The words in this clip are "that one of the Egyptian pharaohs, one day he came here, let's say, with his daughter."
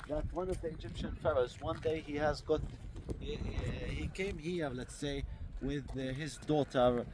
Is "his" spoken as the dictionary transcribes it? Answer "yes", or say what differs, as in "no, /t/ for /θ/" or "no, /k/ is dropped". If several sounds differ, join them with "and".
yes